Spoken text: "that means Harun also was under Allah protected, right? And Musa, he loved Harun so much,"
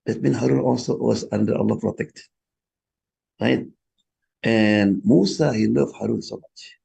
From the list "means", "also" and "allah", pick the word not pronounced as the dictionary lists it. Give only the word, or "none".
means